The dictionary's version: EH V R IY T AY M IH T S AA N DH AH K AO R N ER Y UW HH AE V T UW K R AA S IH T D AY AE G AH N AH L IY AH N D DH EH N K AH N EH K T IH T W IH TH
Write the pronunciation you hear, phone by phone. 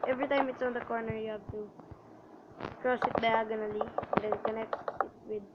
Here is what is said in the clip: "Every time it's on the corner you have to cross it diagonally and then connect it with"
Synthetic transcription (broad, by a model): EH V R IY T AY M IH T S AA N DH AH K AO R N ER Y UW HH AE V T UW K R AA S IH T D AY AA G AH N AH L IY AH N D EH N K AH N EH K T IH T W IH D